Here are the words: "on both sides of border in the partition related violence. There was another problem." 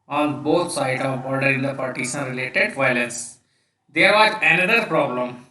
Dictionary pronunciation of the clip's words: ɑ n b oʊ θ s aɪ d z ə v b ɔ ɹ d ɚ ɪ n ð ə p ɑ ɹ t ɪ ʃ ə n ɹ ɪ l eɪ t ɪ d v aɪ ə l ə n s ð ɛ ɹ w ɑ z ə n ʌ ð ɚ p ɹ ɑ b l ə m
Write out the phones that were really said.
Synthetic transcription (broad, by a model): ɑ n b oʊ t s aɪ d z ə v b ɔ ɹ d ɚ ɪ n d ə p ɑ ɹ t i s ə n ɹ ɪ l eɪ t ɪ d v aɪ ə l ə n s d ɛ ɹ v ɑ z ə n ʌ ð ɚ p ɹ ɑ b l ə m